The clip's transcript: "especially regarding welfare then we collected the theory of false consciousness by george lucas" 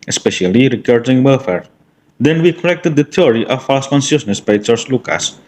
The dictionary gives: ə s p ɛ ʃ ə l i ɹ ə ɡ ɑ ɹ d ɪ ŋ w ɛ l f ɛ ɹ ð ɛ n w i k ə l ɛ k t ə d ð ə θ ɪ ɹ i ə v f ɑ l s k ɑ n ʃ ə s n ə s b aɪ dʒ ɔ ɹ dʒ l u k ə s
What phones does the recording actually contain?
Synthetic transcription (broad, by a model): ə s p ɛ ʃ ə l i ɹ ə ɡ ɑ ɹ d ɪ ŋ w ɛ l f ɛ ɹ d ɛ n w i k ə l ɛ k t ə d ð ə t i ɹ i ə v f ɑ s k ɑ n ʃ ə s n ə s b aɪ tʃ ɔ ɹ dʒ l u k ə s